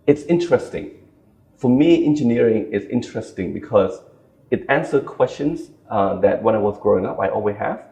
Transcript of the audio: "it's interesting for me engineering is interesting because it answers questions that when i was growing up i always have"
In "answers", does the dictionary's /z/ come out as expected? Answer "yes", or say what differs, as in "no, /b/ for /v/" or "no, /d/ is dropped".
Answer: no, /z/ is dropped